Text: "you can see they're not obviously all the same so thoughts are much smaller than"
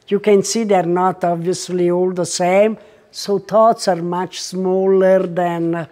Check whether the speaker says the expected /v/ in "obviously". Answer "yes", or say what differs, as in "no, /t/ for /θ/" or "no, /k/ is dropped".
yes